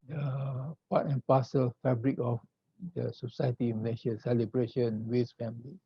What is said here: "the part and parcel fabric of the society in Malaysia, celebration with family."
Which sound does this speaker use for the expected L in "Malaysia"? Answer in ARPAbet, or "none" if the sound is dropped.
N